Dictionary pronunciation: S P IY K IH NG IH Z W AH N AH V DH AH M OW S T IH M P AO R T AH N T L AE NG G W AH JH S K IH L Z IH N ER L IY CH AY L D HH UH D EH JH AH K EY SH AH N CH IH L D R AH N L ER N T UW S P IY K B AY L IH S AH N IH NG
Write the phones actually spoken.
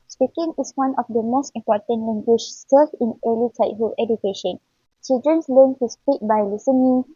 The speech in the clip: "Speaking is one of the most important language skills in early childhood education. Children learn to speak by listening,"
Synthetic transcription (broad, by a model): S P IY K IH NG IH S W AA N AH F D AH M OW S T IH M P AO T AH N L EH NG G W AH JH S AH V IH N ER L IY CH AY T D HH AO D EH JH AH K EY SH AH N CH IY L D R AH N L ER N T UW S P IY K B AY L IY S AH N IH NG